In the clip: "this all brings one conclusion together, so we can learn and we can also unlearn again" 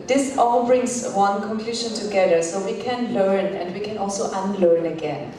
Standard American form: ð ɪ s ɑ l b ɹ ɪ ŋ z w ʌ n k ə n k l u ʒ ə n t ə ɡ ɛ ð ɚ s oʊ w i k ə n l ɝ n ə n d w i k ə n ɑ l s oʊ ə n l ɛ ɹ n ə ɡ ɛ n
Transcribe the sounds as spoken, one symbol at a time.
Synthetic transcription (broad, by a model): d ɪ s ɑ l b ɹ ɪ ŋ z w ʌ n k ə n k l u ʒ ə n t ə ɡ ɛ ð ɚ s oʊ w i k ə n l ɝ n ə n d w i k ə n ɑ l s oʊ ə n l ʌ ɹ n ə ɡ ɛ n